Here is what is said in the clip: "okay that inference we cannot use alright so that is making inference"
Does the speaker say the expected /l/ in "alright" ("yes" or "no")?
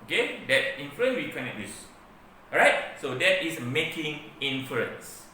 no